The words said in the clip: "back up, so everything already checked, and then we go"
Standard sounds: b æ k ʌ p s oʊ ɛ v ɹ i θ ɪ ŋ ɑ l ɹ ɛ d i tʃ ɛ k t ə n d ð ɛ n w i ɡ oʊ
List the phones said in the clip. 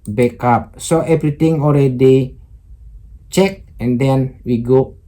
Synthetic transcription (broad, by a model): b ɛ k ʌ p s oʊ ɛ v ɹ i t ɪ ŋ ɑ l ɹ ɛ d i tʃ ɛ k ə n d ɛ n w i ɡ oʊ